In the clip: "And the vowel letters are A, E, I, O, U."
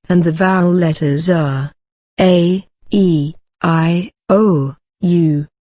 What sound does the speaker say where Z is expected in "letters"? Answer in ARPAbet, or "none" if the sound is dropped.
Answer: Z